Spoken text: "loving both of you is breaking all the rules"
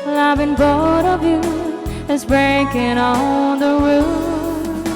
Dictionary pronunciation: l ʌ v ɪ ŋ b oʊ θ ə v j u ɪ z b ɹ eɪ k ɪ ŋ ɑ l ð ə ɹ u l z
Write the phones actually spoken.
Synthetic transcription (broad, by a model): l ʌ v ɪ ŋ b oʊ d ə v j u ɪ z b ɹ eɪ k ɪ ŋ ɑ ð ə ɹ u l